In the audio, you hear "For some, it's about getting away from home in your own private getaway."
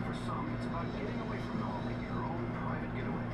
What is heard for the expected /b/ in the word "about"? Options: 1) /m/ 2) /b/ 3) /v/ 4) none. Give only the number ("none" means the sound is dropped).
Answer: 4